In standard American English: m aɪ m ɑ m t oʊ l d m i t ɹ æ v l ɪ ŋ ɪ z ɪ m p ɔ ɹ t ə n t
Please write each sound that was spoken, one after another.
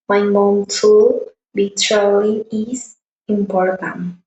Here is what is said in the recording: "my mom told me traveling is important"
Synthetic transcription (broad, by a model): m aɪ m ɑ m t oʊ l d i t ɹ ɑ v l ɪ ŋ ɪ s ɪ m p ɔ ɹ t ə n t